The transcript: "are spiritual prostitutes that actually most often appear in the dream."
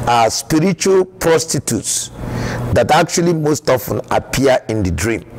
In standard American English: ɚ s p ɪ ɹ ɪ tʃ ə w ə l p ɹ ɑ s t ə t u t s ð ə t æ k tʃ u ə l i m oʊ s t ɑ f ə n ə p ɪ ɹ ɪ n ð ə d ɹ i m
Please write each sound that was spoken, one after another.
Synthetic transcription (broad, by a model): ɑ s p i ɹ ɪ tʃ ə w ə l p ɹ ɑ s t ə t u t s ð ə t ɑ k tʃ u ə l i m oʊ s t ɑ f ə n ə p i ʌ ɪ n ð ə d ɹ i m